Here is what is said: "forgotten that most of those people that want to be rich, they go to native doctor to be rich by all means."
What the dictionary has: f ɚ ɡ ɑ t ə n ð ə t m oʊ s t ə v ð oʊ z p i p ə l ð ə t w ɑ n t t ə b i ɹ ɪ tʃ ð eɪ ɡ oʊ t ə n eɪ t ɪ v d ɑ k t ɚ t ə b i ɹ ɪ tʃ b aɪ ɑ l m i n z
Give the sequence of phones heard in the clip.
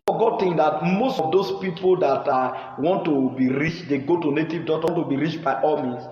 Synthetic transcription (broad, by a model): f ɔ ɡ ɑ t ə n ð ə t m oʊ s t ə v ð oʊ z p i p ə l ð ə t w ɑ n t t ə b i ɹ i tʃ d eɪ ɡ oʊ t ə n eɪ t ɪ v d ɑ t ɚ t ə b i ɹ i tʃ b aɪ ɑ l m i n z